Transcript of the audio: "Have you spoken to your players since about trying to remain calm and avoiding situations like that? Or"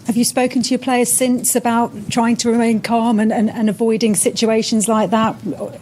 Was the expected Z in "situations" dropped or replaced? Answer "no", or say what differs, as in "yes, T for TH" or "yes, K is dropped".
no